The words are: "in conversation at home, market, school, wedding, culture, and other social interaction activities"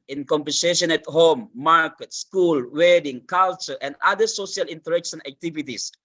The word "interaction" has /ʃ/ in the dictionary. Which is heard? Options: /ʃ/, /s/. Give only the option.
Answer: /s/